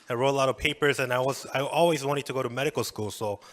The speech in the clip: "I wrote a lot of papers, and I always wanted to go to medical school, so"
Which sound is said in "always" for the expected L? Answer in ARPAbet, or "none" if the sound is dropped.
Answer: L